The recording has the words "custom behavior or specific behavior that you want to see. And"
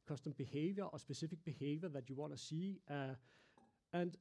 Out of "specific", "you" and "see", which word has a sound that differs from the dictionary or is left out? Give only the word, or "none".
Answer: specific